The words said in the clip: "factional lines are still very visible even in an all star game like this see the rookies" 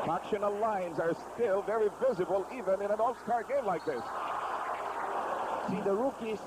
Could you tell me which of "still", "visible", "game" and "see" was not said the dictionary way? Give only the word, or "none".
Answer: none